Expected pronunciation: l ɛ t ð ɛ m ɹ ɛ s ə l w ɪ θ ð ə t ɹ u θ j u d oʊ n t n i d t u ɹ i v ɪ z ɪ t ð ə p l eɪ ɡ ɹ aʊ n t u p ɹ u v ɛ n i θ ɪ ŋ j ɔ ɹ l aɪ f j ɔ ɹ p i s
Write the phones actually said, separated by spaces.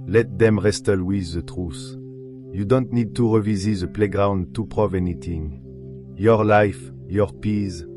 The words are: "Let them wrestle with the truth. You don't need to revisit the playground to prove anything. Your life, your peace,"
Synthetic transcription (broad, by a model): l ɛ t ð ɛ m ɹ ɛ s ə l w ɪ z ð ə t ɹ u s j u d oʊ n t n i d t u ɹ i v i z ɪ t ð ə p l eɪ ɡ ɹ aʊ n t u p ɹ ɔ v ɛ n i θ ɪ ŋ j ɔ ɹ l aɪ f j ɔ ɹ p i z